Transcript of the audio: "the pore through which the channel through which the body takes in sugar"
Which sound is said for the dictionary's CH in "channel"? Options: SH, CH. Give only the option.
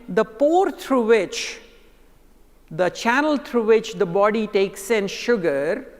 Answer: CH